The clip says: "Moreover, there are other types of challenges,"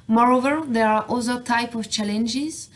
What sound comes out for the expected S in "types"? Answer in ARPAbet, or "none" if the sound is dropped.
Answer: none